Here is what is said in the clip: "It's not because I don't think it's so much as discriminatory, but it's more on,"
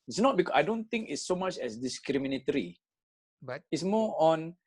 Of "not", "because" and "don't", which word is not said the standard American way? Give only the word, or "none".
because